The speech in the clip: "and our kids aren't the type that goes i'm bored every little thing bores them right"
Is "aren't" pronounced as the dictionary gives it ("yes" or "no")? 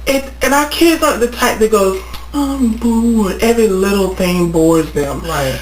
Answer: no